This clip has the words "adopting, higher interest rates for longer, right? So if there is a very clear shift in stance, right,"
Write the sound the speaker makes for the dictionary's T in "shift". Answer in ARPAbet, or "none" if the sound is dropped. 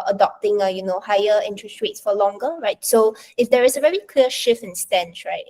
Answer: none